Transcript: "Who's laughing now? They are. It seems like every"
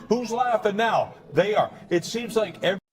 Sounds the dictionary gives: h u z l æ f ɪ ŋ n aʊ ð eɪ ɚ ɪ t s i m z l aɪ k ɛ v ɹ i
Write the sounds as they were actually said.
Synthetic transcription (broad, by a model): h u z l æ f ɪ n aʊ ð eɪ ɚ ɪ t s i m z l aɪ k ɛ v